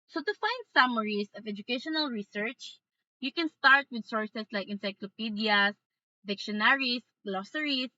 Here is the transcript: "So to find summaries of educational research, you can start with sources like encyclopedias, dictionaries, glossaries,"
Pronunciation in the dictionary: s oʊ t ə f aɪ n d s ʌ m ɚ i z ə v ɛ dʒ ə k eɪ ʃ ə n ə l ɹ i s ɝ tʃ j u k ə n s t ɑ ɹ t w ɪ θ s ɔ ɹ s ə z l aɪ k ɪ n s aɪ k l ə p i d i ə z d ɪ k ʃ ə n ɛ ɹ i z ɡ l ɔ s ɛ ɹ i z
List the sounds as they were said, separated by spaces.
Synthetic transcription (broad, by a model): s oʊ t ə f aɪ n d s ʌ m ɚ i s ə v ɛ dʒ ə k eɪ ʃ ə n ə l ɹ i s ɝ tʃ j u k ə n s t ɑ ɹ t w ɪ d s ɔ ɹ s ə s l aɪ k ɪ n s aɪ k l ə p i d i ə s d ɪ k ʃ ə n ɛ ɹ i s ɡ l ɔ s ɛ ɹ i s